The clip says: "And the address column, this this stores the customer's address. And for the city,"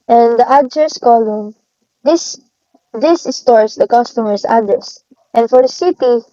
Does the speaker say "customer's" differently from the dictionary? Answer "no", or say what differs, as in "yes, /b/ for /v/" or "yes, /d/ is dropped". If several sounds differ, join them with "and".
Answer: yes, /s/ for /z/